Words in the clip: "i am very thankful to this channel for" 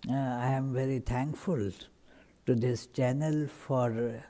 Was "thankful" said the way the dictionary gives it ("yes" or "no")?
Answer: no